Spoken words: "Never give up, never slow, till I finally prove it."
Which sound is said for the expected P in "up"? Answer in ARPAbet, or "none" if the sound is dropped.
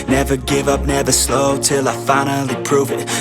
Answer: P